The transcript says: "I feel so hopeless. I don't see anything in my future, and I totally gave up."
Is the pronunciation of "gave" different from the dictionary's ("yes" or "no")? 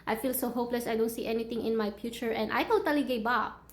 yes